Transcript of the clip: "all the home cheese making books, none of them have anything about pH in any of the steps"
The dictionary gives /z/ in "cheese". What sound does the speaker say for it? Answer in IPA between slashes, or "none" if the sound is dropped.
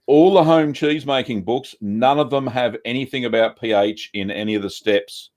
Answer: /z/